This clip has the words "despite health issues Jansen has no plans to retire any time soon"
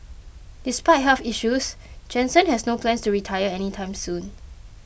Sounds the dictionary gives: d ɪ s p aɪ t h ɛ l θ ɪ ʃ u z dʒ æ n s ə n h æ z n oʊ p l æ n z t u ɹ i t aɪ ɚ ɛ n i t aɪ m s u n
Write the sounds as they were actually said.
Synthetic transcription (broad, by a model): d ɪ s p aɪ t h ɛ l f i ʃ u s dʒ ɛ n s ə n h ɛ s n oʊ p l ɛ n s t u ɹ i t aɪ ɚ ɛ n i t aɪ m s u n